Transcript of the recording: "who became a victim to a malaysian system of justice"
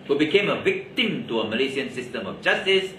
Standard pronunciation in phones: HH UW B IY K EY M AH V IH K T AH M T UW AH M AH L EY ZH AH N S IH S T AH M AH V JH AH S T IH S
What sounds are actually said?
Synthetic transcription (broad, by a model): HH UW B IY K EY M AH V IH K T AH M T UW AH M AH L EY S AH N S IH S T AH M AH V JH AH S T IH S